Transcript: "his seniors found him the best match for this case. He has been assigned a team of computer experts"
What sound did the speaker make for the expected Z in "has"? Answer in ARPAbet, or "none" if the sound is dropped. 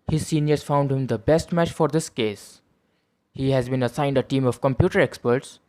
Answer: Z